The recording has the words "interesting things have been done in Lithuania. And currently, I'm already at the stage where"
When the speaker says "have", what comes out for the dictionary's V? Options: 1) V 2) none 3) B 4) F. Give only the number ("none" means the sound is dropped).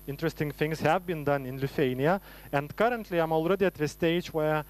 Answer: 1